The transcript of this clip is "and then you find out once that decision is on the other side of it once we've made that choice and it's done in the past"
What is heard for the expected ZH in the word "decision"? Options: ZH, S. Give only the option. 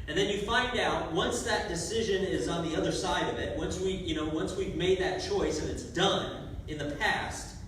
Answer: ZH